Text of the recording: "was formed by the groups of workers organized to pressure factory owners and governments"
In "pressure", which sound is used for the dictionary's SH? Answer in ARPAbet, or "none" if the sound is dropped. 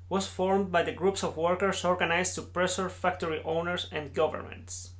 S